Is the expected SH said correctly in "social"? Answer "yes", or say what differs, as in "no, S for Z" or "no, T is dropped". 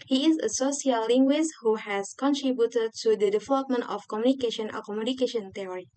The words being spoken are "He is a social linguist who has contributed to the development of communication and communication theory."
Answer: no, S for SH